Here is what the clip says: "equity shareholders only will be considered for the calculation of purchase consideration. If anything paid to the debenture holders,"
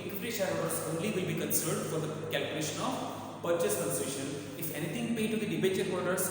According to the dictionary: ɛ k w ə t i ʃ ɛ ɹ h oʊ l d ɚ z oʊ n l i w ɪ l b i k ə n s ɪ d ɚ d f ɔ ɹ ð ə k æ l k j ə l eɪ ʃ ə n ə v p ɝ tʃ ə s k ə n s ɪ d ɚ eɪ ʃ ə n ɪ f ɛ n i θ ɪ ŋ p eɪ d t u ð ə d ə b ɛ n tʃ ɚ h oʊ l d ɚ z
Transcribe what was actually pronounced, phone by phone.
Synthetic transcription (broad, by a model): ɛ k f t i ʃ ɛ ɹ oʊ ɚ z oʊ n l i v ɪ l b i k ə n s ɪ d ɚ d f ɔ ɹ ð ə k æ l k j ə l eɪ ʃ ə n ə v p ɝ tʃ ə s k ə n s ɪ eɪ ʃ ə n ɪ f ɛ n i t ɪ ŋ p eɪ d t u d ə d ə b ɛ tʃ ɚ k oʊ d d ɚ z